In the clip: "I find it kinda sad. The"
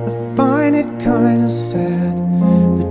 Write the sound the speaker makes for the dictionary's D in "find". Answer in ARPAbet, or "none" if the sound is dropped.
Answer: none